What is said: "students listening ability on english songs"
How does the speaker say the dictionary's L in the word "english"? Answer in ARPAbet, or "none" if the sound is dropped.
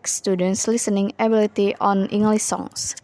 L